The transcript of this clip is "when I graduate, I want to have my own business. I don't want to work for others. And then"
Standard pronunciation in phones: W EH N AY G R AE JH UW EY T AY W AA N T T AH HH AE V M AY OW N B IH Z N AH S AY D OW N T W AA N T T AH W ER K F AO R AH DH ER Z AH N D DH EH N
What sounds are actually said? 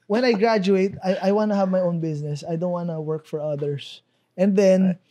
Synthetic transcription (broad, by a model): W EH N AY G R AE JH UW EY T AY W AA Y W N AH HH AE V M AY OW N B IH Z N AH S AY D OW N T W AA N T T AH W ER K F AO R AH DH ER S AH N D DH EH N